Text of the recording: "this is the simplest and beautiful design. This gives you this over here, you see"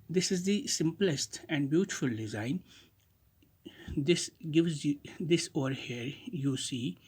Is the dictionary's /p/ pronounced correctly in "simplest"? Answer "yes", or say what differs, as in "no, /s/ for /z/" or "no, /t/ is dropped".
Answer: yes